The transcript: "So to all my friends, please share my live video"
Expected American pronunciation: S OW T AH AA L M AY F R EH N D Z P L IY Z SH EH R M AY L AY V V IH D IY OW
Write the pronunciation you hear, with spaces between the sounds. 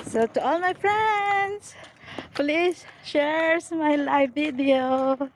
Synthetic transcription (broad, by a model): S OW T AH AA L M AY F R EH N D S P L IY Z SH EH R M AY L AY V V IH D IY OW